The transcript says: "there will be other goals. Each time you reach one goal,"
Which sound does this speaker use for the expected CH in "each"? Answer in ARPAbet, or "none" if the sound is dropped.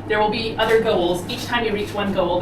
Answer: CH